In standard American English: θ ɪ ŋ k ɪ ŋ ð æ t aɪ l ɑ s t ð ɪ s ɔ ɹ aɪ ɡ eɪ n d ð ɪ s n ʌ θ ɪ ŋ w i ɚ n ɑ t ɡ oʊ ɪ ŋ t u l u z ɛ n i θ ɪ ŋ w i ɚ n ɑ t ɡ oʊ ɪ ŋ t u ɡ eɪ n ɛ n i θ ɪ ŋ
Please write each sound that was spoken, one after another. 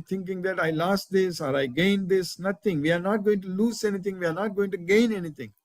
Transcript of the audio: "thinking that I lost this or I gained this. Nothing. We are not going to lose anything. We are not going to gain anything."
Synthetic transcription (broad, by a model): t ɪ ŋ k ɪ ŋ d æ t aɪ l ɑ s t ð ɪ s ɔ ɹ aɪ ɡ eɪ n d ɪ s n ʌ t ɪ ŋ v i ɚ n ɑ t ɡ oʊ ɪ ŋ t u l u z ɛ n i t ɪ ŋ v i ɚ n ɑ t ɡ oʊ ɪ ŋ t u ɡ eɪ n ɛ n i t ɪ ŋ